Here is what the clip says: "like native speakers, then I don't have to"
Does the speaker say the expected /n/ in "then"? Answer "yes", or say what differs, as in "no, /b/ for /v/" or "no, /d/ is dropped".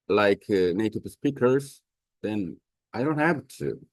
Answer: yes